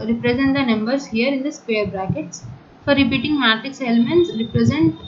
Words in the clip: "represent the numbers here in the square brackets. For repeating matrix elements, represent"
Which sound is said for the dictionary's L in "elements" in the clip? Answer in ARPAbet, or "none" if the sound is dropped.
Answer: L